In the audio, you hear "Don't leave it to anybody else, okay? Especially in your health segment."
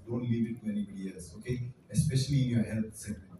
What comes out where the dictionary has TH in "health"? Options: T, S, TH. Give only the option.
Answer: T